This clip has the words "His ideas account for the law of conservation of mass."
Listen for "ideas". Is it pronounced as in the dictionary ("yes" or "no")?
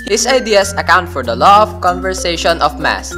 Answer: no